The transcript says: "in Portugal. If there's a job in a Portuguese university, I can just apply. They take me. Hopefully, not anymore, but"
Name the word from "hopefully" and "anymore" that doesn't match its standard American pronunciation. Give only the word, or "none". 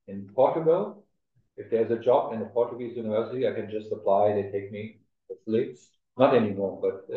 hopefully